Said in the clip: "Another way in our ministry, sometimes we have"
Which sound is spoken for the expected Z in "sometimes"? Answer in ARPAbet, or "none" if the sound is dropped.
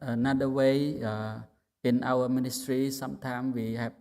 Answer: none